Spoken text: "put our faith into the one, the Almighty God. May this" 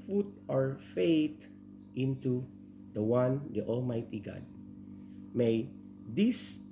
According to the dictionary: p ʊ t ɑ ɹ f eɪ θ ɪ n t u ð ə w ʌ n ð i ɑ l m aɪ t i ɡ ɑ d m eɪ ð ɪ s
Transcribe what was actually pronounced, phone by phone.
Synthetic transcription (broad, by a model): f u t ɑ ɹ f eɪ t ɪ n t u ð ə w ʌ n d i ɑ l m aɪ t i ɡ ɑ d m eɪ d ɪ s